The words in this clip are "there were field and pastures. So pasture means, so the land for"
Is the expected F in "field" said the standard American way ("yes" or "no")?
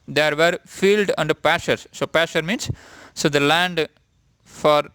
yes